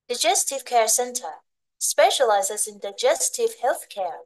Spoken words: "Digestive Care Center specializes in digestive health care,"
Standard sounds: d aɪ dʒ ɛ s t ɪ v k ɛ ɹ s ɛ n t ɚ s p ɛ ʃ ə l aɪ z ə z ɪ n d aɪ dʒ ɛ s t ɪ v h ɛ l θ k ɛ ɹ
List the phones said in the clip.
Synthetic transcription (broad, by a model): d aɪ dʒ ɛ s t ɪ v k ɛ ɹ s ɛ n t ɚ s p ɛ ʃ ə l aɪ z ə z ɪ n d aɪ dʒ ɛ s t ɪ v h ɛ l θ k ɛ ɹ